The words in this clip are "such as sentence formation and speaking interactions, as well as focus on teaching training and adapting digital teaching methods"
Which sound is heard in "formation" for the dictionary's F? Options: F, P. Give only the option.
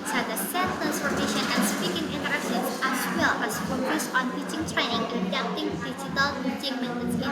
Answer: P